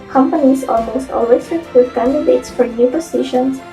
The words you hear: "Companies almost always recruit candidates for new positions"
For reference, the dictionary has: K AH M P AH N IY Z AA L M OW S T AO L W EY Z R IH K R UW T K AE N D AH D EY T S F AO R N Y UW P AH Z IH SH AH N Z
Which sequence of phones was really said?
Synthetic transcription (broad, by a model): K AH M P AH N IY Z AA L M OW S T AO L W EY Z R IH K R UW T K AE N D AH D EY T S F AO R N Y UW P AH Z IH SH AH N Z